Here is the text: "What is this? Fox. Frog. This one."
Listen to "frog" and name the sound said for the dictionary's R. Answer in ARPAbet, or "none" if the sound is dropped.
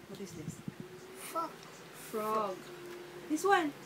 R